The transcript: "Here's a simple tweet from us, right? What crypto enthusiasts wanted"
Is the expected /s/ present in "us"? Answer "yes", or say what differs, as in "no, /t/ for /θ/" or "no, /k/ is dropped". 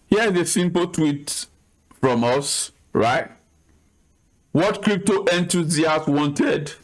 yes